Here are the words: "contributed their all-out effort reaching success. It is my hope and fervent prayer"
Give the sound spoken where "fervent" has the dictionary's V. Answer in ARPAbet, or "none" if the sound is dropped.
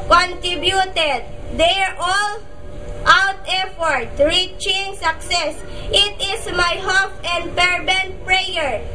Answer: B